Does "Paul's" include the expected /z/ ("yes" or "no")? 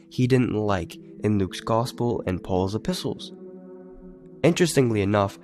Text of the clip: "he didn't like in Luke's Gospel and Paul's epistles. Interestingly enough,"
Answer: yes